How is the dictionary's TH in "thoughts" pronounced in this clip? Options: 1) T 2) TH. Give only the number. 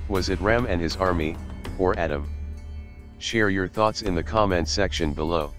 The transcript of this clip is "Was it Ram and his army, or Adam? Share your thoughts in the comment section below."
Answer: 2